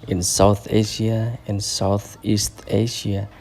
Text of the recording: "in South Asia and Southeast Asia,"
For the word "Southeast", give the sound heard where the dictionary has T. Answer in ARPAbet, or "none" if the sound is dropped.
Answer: T